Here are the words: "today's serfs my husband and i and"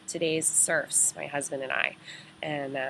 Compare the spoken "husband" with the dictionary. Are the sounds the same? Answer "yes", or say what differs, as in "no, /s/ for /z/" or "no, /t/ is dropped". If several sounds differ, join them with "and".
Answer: yes